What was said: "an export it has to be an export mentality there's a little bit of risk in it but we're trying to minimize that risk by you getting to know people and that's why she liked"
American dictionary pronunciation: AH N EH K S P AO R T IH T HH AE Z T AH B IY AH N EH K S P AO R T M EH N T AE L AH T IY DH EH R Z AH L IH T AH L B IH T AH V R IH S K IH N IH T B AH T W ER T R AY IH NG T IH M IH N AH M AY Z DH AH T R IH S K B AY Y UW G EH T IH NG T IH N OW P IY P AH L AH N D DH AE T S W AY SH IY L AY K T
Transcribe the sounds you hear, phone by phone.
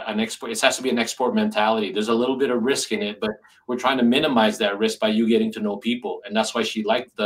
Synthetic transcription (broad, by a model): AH N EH K S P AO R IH T HH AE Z T AH B IY AH N EH K S P AO R T M EH N T AE L AH T IY DH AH R Z AH L IH T L B IH T AH V R IH S K IH N IH T B AH T W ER T R AY IH NG T IH M IH N AH M AY Z DH AH T R IH S K B AY Y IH G EH T IH NG T IH N OW P IY P L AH N DH AE T S W AY SH IY L AY K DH